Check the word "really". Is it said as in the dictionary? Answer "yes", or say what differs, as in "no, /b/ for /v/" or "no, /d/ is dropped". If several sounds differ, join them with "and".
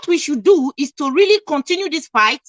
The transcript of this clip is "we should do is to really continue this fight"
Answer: yes